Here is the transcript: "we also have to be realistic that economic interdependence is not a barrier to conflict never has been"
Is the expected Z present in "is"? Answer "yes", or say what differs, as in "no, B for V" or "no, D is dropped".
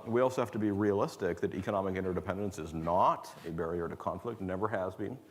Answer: yes